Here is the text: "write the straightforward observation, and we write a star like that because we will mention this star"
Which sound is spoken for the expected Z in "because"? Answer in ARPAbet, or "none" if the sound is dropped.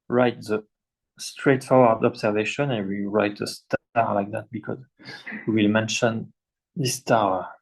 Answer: Z